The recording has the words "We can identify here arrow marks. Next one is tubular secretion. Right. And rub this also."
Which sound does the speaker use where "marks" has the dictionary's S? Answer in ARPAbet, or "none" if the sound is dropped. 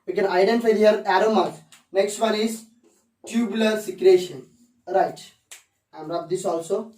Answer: none